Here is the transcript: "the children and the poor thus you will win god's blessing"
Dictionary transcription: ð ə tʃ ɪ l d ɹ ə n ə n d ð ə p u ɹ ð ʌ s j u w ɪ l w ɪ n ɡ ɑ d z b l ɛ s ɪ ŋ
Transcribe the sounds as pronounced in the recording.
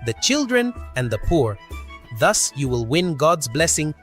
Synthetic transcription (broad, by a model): ð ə tʃ ɪ l d ɹ ə n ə n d ð ə p u ɹ ð ʌ s j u w ɪ l w ɪ n ɡ ɑ d z b l ɛ s ɪ ŋ